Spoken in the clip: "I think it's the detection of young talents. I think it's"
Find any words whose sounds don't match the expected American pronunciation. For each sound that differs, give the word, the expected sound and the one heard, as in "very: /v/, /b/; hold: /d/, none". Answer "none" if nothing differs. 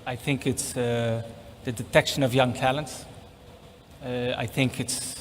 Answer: none